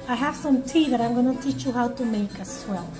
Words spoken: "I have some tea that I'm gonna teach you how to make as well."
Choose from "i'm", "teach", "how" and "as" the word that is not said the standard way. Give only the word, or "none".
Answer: as